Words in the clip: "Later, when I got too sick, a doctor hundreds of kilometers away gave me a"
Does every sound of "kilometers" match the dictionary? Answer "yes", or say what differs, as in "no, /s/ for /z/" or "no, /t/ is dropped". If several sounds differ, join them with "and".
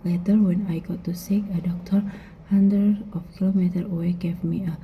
no, /z/ is dropped